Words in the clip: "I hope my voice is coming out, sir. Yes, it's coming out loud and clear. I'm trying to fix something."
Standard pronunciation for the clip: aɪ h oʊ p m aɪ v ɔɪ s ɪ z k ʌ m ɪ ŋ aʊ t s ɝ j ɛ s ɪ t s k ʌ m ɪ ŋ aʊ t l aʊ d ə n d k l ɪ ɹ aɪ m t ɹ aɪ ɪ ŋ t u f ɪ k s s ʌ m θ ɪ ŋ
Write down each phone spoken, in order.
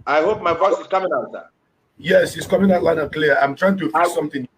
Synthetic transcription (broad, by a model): aɪ h oʊ p m aɪ f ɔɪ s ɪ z k ʌ m ɪ ŋ aʊ t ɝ j ɛ s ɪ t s k ʌ m ɪ ŋ aʊ t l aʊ ə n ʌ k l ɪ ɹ aɪ m t ɹ aɪ ɪ ŋ t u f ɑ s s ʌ m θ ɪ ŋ